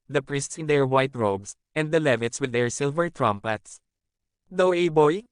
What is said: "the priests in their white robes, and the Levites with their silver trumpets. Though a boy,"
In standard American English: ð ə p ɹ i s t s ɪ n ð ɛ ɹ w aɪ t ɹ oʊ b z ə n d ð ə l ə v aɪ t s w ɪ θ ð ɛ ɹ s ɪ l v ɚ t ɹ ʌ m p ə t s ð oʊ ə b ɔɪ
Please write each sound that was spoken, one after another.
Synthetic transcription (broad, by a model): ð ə p ɹ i s t s ɪ n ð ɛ ɹ w aɪ t ɹ oʊ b s ə n d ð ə l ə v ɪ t s w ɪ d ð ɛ ɹ s ɪ l v ɚ t ɹ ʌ m p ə t s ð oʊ ə b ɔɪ